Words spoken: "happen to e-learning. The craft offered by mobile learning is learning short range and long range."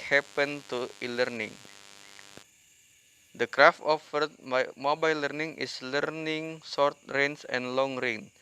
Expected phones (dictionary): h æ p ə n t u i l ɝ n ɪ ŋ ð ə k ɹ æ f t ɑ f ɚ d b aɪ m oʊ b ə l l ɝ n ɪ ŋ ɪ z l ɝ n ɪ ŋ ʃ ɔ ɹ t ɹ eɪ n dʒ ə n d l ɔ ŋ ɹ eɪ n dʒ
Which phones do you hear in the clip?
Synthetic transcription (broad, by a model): h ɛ p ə n t u i l ɝ n ɪ ŋ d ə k ɹ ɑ f t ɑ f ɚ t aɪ m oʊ b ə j l ɝ n ɪ ŋ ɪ s l ɝ n ɪ ŋ s ɔ ɹ t ɹ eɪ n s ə n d l ɔ ŋ ɹ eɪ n